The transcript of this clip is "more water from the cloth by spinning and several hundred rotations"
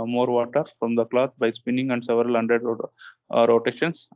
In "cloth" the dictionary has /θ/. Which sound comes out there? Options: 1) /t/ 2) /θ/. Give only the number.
1